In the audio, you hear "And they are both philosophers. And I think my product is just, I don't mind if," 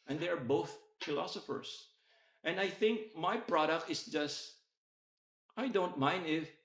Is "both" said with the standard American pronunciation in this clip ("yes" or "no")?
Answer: yes